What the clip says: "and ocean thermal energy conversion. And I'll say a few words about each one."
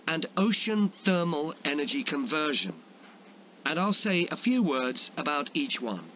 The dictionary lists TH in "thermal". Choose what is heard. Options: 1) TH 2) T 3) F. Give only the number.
1